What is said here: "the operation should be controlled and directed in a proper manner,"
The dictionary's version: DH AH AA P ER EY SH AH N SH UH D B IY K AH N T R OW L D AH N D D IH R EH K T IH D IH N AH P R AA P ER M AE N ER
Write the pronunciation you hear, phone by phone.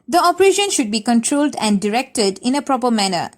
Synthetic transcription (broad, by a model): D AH AA P ER EY SH AH N SH UH D B IY K AH N T R OW L D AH N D D IH R EH K T IH D IH N AH P R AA P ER M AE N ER